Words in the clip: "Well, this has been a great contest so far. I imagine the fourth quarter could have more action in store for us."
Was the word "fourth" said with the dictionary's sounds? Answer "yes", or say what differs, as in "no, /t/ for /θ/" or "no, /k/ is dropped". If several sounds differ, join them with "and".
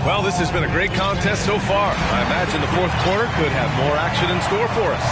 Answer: yes